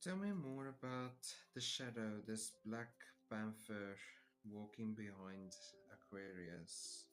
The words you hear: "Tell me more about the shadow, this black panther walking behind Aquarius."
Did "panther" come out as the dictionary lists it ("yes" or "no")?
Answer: no